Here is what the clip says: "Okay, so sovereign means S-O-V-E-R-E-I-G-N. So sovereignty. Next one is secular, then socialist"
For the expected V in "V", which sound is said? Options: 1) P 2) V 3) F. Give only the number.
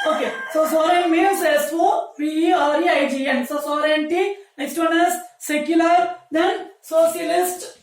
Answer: 3